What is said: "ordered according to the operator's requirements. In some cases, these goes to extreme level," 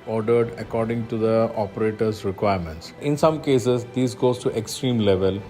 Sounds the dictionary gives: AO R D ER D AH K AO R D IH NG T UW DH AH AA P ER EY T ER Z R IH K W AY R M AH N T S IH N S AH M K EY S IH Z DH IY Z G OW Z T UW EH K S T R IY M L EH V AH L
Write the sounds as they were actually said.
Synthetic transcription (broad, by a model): AO R D ER D AH K AO R D IH NG T UW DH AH AA P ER EY T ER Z R IH K W AY R M AH N T S IH N S AH M K EY S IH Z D IY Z G OW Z T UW EH K S T R IY M L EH V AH L